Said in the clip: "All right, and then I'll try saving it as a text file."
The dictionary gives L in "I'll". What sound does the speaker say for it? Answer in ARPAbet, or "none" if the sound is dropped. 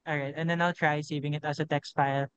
L